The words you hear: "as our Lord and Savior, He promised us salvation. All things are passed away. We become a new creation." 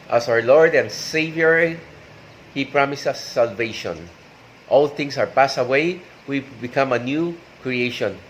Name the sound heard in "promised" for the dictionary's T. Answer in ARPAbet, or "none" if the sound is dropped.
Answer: none